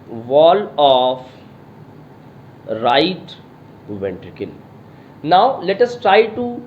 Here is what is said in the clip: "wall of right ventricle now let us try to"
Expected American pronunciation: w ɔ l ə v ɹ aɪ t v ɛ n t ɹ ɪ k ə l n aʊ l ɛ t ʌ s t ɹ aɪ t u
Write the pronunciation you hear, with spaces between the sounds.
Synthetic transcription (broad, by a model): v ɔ l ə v ɹ aɪ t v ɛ n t ɹ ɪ k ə n n aʊ l ɛ t ʌ s t ɹ aɪ t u